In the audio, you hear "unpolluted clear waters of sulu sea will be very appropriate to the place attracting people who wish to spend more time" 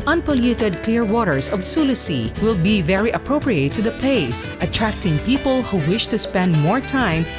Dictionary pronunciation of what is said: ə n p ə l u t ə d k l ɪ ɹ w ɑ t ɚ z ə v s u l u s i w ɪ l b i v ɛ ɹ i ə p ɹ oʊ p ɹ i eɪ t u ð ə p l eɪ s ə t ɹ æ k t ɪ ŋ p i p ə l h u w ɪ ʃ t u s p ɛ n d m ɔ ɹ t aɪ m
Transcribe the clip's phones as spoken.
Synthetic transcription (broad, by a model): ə n p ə l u t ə d k l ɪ ɹ w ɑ t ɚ s ə v s u l u s i w ɪ l b i v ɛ ɹ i ə p ɹ oʊ p ɹ i eɪ t u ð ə p l eɪ s ə t ɹ æ k t ɪ ŋ p i p ə l h u w ɪ ʃ t u s p ɛ n d m ɔ ɹ t aɪ m